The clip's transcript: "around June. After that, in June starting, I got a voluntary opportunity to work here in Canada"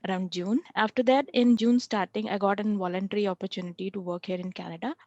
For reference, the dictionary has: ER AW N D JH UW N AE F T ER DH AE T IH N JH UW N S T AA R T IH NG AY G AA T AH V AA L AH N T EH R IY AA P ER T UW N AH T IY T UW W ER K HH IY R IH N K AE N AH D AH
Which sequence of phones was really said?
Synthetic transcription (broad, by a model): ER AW N D JH UW N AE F T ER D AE T IH N JH UW N S T AA R T IH NG AY G AA T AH V AA L AH N T EH R IY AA P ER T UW N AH T IY T UW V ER K HH IY R IH N K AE N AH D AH